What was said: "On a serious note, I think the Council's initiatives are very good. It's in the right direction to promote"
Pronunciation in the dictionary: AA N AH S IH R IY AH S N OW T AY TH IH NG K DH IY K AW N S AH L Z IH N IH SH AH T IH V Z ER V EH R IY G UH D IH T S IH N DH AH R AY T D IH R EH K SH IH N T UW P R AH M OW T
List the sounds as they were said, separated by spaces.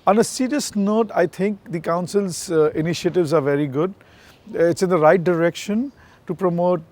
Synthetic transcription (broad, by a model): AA N AH S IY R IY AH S N OW T AY T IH NG K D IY K AW N S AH L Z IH N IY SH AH T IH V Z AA V EH R IY G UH D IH T S IH N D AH R AY T D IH R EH K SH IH N T UW P R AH M OW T